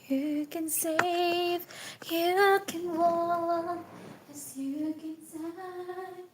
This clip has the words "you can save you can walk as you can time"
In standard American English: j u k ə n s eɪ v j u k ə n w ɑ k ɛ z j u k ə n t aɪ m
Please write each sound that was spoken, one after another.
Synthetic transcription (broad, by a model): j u k ə n s eɪ v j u k ə n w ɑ ɛ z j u k ə n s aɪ